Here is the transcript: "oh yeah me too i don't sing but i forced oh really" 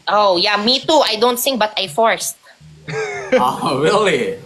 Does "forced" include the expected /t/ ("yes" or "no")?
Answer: yes